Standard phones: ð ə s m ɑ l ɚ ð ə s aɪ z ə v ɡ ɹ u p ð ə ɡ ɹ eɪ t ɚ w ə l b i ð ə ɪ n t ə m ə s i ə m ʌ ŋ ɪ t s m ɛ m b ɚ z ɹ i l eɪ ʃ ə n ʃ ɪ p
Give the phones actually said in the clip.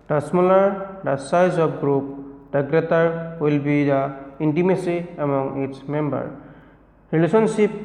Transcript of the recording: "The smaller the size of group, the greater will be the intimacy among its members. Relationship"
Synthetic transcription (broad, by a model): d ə s m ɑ l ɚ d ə s aɪ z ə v ɡ ɹ u p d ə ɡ ɹ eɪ t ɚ w ə l b i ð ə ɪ n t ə m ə s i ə m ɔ ŋ ɪ t s m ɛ m b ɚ ɹ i l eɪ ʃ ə n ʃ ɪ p